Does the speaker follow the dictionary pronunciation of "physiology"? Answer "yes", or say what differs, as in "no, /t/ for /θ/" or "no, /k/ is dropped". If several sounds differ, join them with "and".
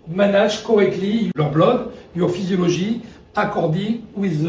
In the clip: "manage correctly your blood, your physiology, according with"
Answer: no, /ʒ/ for /dʒ/